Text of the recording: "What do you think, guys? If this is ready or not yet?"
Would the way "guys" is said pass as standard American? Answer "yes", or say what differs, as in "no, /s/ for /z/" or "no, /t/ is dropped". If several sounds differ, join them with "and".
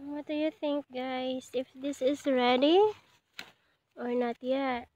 no, /s/ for /z/